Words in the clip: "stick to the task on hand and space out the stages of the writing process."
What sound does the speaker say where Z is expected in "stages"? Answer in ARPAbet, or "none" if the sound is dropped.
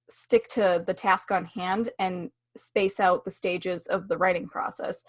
Z